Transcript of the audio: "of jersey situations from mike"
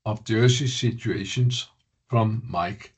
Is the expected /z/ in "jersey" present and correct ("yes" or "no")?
no